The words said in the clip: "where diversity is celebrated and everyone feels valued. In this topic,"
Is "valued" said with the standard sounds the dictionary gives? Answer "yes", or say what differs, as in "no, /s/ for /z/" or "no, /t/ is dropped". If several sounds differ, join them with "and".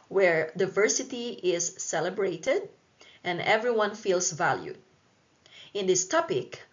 yes